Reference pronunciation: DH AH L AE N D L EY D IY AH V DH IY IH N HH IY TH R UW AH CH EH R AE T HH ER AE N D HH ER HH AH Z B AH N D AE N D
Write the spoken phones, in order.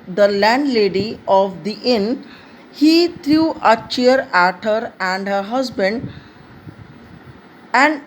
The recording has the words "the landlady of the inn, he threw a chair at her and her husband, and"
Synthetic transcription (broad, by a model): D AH L AE N D L EY D IY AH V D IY IH N HH IY T R UW AH CH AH R AE T HH ER AE N D HH ER HH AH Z B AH N D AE N D